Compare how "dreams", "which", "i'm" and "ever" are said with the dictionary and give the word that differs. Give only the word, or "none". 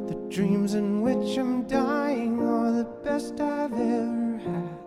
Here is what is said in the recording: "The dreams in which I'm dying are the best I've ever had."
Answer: none